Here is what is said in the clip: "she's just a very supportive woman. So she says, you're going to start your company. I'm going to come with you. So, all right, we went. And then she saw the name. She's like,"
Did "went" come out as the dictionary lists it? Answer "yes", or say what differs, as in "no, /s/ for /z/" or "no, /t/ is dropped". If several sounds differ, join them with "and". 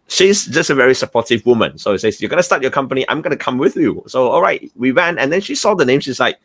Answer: no, /t/ is dropped